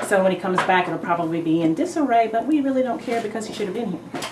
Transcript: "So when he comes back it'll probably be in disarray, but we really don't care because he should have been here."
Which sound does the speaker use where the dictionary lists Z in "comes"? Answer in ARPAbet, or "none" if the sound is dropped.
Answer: Z